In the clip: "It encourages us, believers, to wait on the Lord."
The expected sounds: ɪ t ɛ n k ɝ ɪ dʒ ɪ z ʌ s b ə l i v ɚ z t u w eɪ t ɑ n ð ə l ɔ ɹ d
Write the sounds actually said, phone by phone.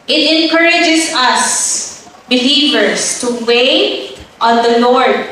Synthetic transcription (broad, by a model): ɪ t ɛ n k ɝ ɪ dʒ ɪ s ʌ s b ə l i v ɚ s t u w eɪ t ɑ n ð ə l ɔ ɹ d